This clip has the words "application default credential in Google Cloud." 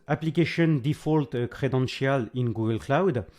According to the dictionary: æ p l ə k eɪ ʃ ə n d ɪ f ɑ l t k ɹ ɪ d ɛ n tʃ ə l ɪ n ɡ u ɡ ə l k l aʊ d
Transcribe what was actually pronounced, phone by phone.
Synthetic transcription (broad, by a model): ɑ p l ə k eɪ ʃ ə n d ɪ f ɑ l t k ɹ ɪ d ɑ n s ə l ɪ n ɡ u ɡ ə l k l aʊ d